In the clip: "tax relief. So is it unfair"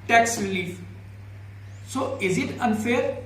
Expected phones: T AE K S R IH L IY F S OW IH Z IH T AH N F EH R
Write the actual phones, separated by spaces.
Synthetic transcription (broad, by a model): T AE K S R IH L IY F S OW IH Z IH T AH N F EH R